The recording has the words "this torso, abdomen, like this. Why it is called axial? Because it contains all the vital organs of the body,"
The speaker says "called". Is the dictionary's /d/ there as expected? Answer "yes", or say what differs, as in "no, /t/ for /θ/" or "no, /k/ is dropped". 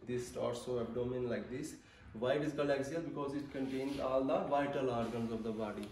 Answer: no, /d/ is dropped